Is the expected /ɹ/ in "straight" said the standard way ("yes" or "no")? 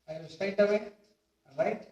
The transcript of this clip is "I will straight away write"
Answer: no